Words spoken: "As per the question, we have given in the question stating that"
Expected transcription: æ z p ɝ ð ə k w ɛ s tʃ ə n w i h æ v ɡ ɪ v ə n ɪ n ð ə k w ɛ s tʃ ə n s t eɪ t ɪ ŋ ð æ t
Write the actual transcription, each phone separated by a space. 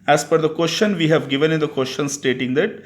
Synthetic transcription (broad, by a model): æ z f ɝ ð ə k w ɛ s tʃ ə n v i h æ v ɡ ɪ v ə n ɪ n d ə k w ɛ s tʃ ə n s t eɪ t ɪ ŋ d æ t